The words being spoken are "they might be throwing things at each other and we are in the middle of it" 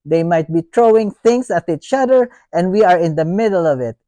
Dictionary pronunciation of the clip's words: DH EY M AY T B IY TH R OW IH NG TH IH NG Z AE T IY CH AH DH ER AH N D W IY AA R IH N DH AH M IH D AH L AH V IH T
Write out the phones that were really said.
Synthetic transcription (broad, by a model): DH EY M AY T B IY T R OW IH NG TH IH NG S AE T IY CH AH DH ER AH N D W IY AA R IH N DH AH M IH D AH L AH V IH T